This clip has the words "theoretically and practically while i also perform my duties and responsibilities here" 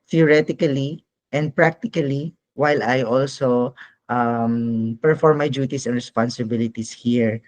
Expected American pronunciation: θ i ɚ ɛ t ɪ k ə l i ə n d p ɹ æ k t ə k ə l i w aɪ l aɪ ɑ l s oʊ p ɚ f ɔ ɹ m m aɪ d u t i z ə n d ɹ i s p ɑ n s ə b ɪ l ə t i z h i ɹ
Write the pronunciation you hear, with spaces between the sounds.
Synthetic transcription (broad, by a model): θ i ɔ ɛ t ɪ k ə l i ə n d p ɹ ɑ k t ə k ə l i w aɪ l aɪ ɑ l s oʊ p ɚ f ɔ ɹ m m aɪ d u t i s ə n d ɹ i s p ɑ n s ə b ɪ l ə t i s h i ɹ